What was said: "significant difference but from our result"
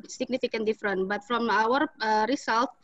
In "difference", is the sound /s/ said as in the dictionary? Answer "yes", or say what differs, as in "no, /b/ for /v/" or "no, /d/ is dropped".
no, /s/ is dropped